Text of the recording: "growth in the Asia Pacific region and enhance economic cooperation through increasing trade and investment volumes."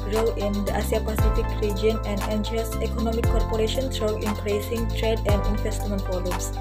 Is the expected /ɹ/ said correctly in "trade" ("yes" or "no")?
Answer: yes